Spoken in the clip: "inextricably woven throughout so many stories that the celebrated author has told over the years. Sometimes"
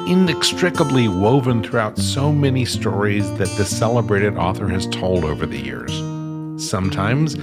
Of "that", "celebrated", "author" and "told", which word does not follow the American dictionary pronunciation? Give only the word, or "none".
none